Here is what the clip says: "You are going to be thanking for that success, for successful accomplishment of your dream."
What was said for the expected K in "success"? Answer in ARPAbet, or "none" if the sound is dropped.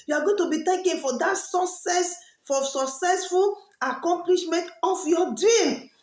none